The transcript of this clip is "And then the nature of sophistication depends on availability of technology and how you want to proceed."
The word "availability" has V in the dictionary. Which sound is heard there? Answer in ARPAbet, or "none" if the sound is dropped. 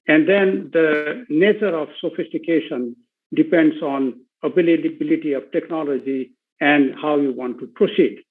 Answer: B